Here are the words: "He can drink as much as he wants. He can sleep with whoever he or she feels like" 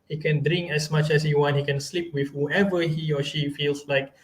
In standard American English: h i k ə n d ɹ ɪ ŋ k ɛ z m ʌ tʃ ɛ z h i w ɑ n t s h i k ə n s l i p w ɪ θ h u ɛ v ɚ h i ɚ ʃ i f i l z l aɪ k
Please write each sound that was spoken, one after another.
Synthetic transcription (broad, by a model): h i k ə n d ɹ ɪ ŋ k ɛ s m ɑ tʃ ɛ s h i w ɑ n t h i k ə n s l i p w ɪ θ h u ɛ v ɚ h i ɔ ʃ i f i l s l aɪ k